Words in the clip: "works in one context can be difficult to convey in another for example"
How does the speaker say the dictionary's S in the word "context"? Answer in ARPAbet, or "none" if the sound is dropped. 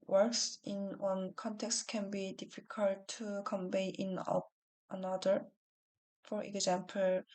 S